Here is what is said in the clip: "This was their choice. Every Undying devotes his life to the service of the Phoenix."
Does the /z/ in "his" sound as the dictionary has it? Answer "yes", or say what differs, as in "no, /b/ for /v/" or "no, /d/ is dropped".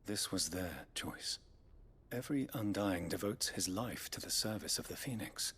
yes